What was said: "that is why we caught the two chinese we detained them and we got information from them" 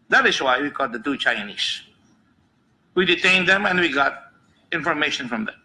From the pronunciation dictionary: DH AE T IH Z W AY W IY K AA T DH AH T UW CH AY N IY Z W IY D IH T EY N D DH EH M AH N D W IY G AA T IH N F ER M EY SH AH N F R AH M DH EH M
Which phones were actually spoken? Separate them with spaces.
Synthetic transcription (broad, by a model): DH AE T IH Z W AY W IY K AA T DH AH T UW CH AY N IY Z W IY D IH T EY N D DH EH M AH N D W IY G AA T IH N F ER M EY SH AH N F R AH M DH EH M